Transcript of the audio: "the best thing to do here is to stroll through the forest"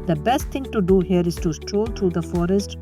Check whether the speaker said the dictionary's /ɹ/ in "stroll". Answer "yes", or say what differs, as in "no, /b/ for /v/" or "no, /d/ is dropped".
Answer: yes